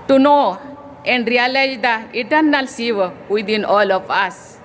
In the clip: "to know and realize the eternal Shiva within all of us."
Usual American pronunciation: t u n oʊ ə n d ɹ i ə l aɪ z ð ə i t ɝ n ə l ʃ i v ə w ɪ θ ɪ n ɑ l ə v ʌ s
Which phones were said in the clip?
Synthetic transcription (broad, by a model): t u n oʊ ə n d ɹ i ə l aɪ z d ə i t ɝ n ə l s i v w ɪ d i n ɑ l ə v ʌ s